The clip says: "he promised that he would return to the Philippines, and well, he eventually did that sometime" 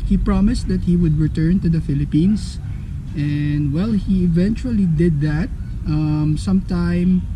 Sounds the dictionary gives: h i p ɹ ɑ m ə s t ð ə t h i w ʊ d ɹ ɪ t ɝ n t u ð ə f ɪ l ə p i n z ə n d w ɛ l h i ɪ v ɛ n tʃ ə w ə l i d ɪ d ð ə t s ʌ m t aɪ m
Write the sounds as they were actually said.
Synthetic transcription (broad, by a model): h i p ɹ ɑ m ə s t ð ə t h i w ʊ d ɹ ɪ t ɝ n t u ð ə f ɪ l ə p i n s ə n d w ɛ l h i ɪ v ɛ n tʃ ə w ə l i d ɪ d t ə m s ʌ m t aɪ m